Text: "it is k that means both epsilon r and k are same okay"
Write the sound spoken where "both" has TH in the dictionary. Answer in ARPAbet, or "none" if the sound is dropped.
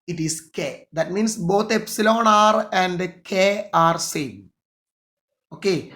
T